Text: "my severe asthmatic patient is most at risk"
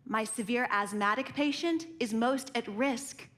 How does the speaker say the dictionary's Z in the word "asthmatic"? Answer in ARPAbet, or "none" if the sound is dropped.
Z